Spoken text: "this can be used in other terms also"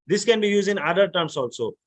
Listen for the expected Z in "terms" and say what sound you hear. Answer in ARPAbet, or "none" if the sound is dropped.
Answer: S